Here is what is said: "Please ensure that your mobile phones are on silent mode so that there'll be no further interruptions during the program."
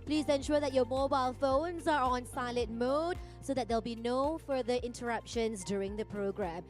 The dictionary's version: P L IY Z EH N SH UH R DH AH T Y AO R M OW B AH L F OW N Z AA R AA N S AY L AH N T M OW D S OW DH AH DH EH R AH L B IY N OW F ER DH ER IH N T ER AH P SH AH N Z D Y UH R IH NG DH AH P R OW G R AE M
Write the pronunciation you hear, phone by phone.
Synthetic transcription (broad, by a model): P L IY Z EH N SH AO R DH AH T Y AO M OW B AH L F OW N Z AA R AA N S AY L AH T M OW D S OW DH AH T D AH L B IY N OW F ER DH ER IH N T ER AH P SH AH N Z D Y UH R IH NG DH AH P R OW G R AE M